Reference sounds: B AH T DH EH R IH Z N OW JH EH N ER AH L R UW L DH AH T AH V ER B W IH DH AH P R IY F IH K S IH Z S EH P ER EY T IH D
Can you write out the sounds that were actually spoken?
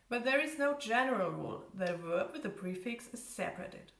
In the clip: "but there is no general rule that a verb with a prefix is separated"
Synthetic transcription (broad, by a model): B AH T DH EH R IH Z N OW JH EH N ER AH L R UW L DH AH T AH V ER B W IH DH AH P R IY F IH K S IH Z S EH P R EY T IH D